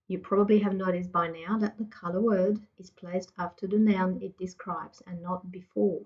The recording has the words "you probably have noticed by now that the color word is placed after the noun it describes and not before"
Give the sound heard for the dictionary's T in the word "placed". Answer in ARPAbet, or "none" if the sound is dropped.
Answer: T